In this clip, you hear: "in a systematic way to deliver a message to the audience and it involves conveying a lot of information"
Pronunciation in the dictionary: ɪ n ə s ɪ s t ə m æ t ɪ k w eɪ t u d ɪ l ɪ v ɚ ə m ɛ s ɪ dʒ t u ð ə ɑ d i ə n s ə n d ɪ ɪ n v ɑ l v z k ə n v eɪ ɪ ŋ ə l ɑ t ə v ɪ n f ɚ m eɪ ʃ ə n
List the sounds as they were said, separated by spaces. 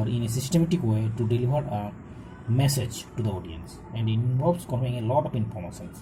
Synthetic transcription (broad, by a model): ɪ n ə s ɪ s t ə m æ t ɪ k w eɪ t u d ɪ l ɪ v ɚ ə m ɛ s ɪ dʒ t u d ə ɑ d i ə n s ə n d ɪ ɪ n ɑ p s k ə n p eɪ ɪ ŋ ə l ɑ t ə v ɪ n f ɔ m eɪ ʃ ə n